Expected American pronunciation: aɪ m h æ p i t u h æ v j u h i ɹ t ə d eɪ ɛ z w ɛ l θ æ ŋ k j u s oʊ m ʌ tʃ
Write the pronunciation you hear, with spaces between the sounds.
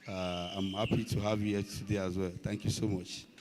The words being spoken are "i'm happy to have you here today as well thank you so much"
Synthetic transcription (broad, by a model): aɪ m h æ p i t u h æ v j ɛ t ə d eɪ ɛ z w ɛ l t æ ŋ k j u s oʊ m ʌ tʃ